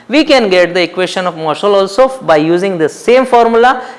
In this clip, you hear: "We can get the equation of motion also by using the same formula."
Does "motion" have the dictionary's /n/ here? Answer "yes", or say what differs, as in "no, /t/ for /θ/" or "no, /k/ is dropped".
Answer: no, /l/ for /n/